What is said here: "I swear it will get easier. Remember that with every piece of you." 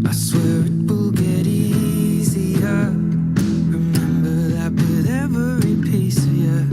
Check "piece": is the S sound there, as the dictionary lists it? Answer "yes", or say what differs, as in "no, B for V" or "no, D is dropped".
no, S is dropped